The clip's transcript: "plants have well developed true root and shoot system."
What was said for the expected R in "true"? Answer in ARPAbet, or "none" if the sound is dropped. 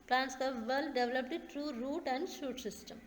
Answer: R